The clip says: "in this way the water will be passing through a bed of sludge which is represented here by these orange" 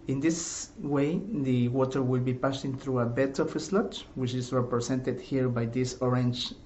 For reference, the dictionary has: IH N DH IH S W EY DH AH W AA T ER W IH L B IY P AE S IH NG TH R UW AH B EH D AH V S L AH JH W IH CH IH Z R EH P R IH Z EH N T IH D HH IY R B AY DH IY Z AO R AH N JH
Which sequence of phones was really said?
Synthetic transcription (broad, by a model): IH N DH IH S W EY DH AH W AA T ER W IH L B IY P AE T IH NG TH R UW AH B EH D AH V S L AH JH W IH CH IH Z R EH P R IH S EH N T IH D HH IY R B AY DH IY S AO R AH N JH